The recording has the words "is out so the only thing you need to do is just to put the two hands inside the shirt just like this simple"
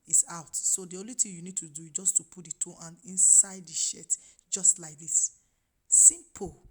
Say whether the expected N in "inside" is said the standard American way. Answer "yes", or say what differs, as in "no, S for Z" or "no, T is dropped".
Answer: yes